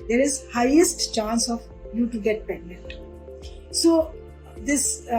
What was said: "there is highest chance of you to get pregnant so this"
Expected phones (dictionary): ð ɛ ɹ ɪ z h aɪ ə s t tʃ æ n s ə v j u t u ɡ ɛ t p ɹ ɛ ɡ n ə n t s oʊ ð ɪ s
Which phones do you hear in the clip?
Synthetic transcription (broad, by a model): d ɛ ɹ ɪ z h aɪ ə s t tʃ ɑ n s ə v j u t u ɡ ɛ t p ɛ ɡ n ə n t s oʊ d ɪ s